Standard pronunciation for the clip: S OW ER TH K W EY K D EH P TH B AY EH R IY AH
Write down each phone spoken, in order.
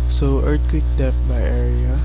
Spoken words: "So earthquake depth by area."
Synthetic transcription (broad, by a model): S OW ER T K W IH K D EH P B AY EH R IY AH